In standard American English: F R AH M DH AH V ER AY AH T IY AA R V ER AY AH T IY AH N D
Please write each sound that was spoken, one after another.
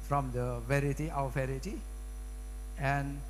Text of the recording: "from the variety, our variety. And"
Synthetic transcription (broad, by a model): F R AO M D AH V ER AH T IY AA W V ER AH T IY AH N